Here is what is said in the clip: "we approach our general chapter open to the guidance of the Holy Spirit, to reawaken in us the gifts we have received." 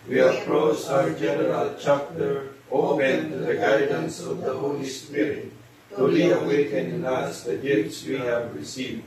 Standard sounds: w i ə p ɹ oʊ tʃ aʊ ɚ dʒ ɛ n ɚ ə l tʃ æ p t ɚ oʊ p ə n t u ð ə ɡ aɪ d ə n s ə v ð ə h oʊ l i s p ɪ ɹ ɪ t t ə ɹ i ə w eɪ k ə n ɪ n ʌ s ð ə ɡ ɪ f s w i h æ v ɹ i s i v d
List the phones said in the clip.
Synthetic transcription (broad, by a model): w i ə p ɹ oʊ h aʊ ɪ dʒ ɛ n ɚ ə l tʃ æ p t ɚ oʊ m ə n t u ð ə ɡ aɪ d ə n s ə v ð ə h oʊ l i s p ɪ ɹ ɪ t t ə l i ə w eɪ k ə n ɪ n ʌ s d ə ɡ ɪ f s w i h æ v ɹ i s i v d